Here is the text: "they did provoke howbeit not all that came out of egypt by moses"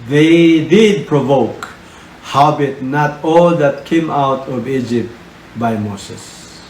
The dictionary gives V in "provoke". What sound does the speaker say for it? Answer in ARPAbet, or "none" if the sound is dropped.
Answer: V